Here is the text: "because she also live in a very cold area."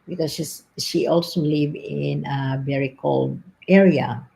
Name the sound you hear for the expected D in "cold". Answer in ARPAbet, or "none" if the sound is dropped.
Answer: D